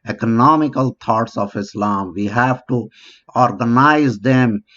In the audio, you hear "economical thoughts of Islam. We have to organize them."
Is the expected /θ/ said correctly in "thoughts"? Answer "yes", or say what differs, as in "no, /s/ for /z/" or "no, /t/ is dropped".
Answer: no, /t/ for /θ/